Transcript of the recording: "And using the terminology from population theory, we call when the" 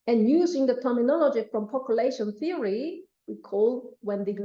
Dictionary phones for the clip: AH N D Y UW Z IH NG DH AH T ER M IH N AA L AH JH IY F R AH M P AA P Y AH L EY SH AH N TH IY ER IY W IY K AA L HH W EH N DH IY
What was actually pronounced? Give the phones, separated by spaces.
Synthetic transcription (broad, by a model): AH N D Y UW Z IH NG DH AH T ER M IH N AA L AH JH IY F R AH M P AA P Y AH L EY SH AH N TH IY ER IY W IY K AA L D W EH N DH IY